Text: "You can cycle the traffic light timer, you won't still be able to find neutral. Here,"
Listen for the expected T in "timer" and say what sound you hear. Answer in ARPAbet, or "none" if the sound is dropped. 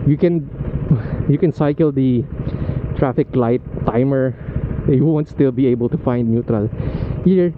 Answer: T